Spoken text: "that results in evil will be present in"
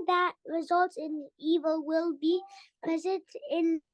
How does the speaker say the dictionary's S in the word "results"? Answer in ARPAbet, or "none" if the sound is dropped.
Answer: none